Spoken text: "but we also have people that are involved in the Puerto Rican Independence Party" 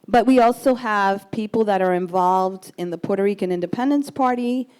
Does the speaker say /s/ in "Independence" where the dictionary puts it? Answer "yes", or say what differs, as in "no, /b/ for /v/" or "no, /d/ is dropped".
yes